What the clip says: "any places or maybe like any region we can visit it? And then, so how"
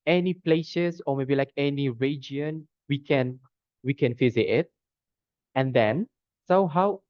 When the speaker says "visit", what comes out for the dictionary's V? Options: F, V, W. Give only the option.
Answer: F